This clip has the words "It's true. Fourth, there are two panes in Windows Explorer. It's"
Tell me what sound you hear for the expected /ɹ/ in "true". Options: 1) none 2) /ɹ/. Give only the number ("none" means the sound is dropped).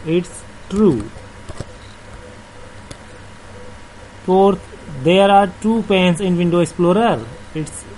2